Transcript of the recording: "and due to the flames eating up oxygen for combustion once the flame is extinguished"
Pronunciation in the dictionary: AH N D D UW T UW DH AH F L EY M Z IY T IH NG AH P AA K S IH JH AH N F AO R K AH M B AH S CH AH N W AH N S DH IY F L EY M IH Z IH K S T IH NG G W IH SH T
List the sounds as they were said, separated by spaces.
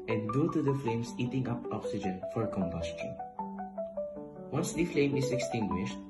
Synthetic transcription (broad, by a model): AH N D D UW T UW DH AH F L EY M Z IY T IH NG AH P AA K S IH JH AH N F AO R K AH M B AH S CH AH N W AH N S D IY F L EY M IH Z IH K S T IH NG G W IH SH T